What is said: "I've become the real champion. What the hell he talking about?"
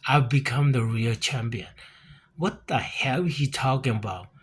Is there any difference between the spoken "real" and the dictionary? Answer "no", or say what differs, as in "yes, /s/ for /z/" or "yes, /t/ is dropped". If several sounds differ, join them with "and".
no